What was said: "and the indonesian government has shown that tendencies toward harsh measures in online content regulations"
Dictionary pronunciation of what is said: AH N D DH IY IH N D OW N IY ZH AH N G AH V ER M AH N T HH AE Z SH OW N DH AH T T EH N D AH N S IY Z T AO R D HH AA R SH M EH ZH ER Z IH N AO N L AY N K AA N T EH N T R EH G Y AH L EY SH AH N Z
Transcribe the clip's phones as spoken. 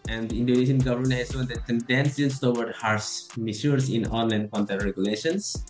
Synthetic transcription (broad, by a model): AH N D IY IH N D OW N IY S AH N G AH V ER M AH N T HH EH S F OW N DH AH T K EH N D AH N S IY S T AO W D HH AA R S M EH S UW S IH N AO N L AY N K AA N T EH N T R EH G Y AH L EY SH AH N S